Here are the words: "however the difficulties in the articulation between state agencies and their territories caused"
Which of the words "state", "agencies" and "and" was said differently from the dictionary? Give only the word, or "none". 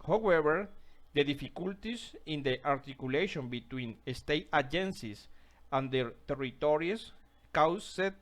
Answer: agencies